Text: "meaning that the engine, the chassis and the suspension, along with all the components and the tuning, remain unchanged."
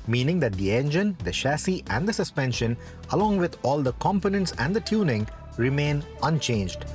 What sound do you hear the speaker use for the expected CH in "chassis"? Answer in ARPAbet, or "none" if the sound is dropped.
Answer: SH